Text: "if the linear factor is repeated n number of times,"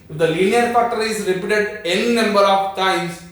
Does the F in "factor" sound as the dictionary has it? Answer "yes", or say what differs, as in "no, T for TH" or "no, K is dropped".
no, P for F